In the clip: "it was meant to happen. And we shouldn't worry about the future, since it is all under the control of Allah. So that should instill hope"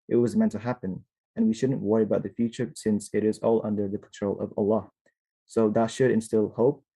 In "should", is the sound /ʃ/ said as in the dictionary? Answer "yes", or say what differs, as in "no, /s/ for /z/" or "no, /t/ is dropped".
yes